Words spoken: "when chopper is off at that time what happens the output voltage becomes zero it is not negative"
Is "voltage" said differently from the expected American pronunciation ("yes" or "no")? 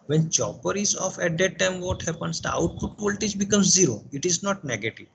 yes